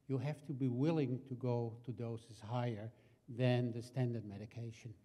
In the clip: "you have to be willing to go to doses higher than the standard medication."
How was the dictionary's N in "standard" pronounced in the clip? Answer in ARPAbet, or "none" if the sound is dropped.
N